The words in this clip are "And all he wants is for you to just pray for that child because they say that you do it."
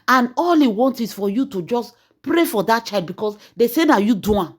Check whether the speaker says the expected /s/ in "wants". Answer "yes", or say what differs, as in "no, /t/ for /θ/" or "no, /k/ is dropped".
no, /s/ is dropped